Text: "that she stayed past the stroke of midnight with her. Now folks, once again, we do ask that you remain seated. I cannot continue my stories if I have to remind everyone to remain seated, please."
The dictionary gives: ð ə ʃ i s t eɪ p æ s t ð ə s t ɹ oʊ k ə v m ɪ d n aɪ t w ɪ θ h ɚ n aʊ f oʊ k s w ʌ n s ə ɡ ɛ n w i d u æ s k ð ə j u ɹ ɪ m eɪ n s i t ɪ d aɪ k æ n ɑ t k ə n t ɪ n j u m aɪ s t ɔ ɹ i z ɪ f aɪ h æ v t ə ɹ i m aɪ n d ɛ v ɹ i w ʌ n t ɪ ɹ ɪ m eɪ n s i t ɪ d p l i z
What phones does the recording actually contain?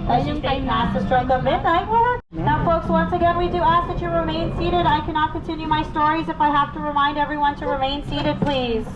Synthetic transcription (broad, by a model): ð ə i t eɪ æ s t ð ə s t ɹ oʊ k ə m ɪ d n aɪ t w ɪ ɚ n aʊ f oʊ k s w ʌ n s ə ɡ ɛ n w i d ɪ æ s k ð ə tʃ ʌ ɹ ɪ m eɪ n s i t ɪ d aɪ k æ n ɑ t k ə n t ɪ n j u m aɪ s t ɔ ɹ i z ɪ f aɪ h æ f t ə ɹ i m aɪ n d ɛ v ɹ i w ʌ n t ɪ ɹ ɪ m eɪ n s i t ɪ d p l i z